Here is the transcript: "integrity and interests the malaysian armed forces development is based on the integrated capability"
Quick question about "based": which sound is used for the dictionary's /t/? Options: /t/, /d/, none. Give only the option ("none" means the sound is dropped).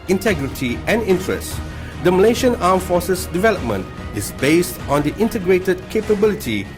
/t/